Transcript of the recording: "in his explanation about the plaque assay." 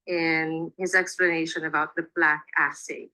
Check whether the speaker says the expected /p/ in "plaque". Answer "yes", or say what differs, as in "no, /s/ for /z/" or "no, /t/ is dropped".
no, /b/ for /p/